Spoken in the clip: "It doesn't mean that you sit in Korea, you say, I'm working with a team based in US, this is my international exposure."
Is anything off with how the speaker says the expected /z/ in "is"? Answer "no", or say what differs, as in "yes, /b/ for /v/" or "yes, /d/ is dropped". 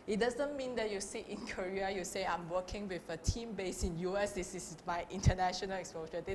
yes, /s/ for /z/